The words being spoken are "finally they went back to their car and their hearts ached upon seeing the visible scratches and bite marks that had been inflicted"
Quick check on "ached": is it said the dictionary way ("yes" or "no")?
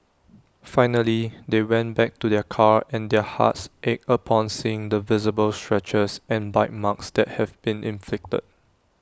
no